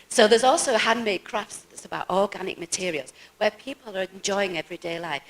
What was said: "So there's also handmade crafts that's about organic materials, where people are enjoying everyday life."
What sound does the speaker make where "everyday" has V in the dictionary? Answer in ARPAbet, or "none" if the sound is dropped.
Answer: V